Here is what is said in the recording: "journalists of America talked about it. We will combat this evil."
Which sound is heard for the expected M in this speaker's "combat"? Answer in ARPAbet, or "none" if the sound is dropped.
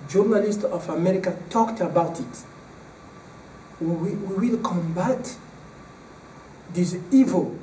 M